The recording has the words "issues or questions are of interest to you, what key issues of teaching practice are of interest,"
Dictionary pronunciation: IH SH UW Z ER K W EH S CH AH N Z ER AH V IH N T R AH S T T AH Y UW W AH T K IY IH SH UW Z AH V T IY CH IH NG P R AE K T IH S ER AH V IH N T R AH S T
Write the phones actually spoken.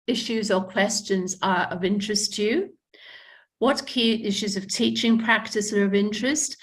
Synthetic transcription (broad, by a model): IH SH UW Z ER K W EH S CH AH N Z ER AH V IH N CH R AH S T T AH Y UW W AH T K IY IH SH UW Z AH V T IY CH IH NG P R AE K T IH S ER AH V IH N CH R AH S T